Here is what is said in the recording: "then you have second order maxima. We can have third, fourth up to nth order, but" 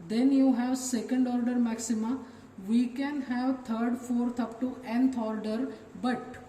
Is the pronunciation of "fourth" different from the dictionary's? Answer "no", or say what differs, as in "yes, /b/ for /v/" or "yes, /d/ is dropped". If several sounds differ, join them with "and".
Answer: yes, /t/ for /θ/